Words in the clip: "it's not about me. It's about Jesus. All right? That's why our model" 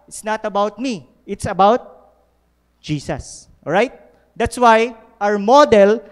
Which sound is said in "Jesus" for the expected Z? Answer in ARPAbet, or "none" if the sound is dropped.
S